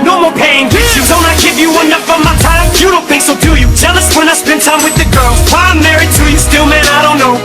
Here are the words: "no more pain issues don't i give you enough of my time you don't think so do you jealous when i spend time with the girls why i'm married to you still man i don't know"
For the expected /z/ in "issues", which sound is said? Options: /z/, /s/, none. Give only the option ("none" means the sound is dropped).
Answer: none